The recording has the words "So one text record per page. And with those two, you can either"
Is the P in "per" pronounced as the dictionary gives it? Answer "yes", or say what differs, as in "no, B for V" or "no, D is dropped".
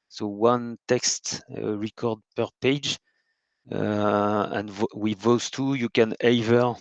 yes